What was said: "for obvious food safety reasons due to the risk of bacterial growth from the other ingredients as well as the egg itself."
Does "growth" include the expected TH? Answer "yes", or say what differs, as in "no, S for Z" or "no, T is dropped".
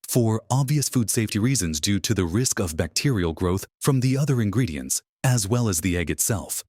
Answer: yes